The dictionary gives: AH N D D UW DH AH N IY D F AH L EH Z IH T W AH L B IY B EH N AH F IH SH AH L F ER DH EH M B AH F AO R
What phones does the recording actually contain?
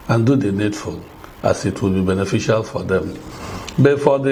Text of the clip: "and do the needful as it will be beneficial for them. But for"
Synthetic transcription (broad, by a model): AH N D D UW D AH N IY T F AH N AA S IH T W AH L B IY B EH N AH F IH SH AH L F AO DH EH M B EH F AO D